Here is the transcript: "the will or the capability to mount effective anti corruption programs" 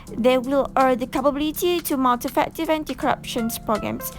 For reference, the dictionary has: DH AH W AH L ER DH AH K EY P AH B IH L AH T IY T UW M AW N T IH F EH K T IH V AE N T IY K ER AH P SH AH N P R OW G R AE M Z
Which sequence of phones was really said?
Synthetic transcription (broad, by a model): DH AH W AH L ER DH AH K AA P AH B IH L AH T IY T UW M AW L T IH F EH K T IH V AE N T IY K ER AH P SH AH N P R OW G R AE M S